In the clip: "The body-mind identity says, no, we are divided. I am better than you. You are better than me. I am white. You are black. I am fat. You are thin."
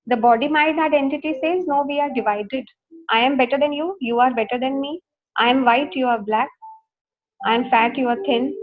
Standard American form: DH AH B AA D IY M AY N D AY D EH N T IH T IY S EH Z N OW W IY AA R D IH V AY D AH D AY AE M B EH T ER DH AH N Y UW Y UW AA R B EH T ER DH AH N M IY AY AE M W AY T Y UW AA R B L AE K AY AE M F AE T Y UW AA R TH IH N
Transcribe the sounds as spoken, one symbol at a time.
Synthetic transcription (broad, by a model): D AH B AA D IY M AY D AY D EH N T IH T IY S EH Z N OW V IY AA R D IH V AY D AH D AY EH M B EH T ER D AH N Y UW Y UW AA R B EH T ER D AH N M IY AY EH M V AY T Y UW AA R B L AE K AY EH M F AE T Y UW AA R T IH N